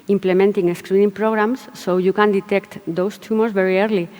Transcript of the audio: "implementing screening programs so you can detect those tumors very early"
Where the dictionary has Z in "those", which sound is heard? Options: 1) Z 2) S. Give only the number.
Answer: 2